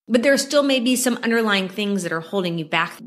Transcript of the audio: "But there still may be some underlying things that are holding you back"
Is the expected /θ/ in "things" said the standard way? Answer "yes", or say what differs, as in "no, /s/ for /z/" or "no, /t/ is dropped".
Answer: yes